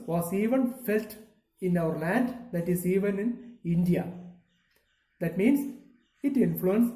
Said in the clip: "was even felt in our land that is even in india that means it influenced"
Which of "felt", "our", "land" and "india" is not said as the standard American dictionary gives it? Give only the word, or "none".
none